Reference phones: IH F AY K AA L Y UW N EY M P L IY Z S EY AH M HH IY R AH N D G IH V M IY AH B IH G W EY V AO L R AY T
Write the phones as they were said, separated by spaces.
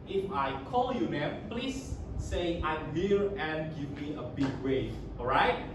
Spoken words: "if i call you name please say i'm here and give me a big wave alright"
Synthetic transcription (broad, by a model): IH F AY K AA L Y UW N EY P L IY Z S EY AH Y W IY L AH N G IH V M IY AH B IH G W EY AO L R AY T